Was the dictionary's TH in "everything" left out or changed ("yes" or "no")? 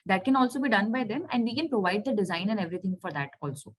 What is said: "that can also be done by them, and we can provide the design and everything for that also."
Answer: yes